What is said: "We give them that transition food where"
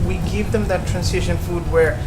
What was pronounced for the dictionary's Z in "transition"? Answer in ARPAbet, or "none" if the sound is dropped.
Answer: S